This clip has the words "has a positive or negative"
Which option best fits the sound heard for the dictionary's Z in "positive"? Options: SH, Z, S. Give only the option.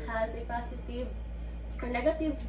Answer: S